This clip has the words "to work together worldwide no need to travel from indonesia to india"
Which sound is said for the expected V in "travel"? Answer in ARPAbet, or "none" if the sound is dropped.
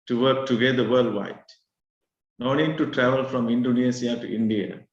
V